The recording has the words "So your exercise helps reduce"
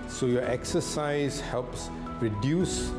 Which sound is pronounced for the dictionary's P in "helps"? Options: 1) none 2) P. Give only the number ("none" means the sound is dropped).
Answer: 2